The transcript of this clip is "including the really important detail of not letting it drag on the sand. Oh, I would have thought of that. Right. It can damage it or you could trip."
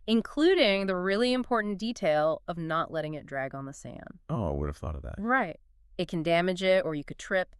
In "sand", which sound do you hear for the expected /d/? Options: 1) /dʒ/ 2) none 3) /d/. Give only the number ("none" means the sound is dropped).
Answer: 2